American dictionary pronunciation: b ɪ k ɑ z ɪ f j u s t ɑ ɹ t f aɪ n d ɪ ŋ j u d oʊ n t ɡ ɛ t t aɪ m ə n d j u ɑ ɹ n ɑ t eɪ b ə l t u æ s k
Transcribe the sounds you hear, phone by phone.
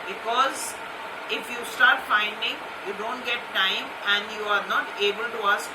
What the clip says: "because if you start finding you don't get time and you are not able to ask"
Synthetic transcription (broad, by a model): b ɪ k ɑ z ɪ f j u s t ɑ ɹ t f aɪ n d ɪ ŋ j u d oʊ n t ɡ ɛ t t aɪ m ə n d j u ɑ ɹ n ɑ t eɪ b ə l t u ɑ s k